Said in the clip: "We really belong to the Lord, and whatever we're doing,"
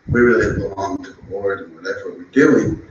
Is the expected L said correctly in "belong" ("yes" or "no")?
yes